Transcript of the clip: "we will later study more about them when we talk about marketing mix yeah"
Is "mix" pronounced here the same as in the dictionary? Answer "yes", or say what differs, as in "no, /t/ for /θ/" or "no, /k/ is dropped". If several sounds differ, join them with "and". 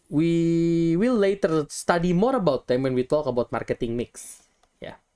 yes